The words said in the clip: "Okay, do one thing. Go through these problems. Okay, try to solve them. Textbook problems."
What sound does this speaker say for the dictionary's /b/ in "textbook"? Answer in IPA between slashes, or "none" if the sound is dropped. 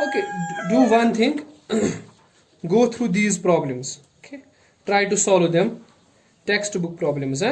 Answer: /b/